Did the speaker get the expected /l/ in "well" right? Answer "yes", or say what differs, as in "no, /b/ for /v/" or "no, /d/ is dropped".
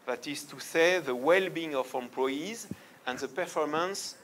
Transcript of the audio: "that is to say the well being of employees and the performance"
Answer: yes